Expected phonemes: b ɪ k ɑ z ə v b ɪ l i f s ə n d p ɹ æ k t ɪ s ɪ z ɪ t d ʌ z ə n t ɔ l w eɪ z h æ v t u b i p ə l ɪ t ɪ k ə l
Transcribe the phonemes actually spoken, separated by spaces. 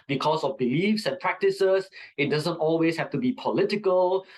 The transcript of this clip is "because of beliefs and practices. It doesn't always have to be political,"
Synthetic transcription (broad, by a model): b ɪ k ɑ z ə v b ɪ l i f s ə n p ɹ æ k t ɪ s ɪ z ɪ t d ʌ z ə n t ɔ l w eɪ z h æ f t u b i p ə l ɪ t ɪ k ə l